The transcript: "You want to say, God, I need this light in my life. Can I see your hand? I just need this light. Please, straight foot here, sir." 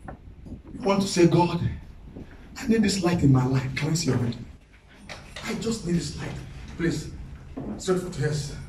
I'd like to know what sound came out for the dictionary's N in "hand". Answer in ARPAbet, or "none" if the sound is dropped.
none